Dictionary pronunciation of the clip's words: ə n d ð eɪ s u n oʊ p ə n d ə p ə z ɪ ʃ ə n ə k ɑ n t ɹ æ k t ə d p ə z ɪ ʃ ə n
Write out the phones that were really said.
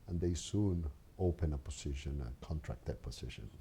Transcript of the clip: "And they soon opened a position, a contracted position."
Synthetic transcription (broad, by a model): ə n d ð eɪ s u n oʊ p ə n ə p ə s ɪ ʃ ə n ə k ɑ n t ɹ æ k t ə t p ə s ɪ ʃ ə n